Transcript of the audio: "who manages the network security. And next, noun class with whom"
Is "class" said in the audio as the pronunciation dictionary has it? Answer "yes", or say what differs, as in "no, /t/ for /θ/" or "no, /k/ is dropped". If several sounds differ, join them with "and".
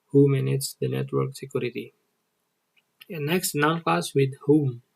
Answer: no, /l/ is dropped